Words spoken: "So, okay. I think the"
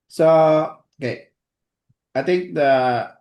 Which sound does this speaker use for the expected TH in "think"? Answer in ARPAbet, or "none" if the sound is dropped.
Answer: T